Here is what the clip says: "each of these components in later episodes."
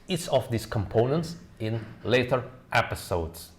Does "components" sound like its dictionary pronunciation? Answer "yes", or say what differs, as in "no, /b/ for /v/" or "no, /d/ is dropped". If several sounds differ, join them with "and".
yes